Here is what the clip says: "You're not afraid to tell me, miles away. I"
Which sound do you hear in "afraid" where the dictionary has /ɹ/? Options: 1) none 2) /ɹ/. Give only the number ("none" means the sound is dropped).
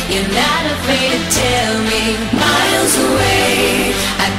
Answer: 1